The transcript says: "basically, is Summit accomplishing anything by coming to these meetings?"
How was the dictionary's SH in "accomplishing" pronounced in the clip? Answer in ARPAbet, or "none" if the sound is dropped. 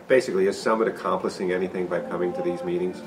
S